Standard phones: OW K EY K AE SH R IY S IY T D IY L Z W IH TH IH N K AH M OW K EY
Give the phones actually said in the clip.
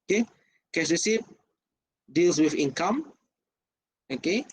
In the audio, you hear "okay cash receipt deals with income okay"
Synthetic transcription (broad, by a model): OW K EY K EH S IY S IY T D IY L S W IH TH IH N K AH M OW K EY